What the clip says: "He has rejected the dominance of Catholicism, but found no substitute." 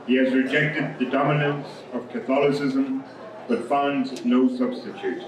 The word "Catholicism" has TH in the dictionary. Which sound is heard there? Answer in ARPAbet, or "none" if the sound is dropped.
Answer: TH